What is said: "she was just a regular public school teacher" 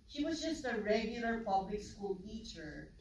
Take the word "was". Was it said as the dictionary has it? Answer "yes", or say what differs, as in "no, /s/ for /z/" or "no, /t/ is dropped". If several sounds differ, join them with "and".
yes